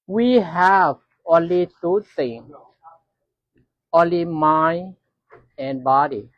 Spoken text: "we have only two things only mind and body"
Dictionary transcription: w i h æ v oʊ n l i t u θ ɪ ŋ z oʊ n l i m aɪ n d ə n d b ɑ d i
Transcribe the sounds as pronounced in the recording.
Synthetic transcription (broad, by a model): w i h æ v oʊ n l i t u t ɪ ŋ oʊ n l i m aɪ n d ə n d b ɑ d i